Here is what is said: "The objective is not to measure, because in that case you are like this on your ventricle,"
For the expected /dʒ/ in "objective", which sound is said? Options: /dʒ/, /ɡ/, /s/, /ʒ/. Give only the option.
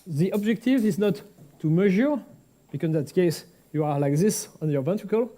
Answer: /dʒ/